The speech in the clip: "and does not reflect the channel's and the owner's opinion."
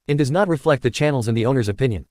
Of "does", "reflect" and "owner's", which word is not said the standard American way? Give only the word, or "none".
none